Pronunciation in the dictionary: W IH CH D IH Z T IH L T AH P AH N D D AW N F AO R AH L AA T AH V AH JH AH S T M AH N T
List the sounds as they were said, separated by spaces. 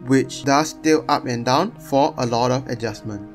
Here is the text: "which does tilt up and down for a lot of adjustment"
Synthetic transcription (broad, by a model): W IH CH D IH S T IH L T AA P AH N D D AW N F AO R AH L AA T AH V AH JH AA S M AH N T